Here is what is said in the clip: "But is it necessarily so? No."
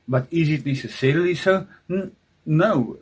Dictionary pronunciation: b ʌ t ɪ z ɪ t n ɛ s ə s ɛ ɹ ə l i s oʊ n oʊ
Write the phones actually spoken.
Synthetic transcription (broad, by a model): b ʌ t ɪ z ɪ t l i s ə s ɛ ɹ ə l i s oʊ n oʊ